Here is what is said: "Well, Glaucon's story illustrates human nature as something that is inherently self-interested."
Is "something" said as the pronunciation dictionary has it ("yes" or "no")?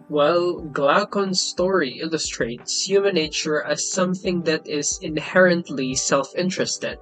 yes